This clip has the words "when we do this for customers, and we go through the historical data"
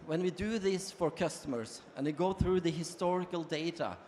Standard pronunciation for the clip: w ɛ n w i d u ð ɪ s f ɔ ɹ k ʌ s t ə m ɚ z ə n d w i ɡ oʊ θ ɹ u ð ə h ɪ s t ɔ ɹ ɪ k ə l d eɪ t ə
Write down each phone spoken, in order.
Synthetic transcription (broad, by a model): w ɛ n w i d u ð ɪ s f ɔ ɹ k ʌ s t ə m ɚ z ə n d w i ɡ oʊ θ ɹ u ð ə h ɪ s t ɔ ɹ ɪ k ə l d eɪ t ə